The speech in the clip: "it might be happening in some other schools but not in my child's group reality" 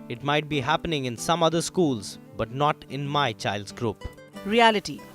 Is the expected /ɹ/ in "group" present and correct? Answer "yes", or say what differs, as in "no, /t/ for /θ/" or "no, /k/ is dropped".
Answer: yes